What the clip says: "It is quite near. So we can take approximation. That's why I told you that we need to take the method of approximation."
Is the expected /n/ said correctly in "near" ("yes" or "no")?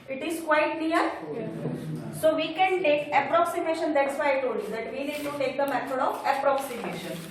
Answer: no